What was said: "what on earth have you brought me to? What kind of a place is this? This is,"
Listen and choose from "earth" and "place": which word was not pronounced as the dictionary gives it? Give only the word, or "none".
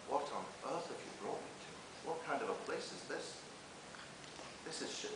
none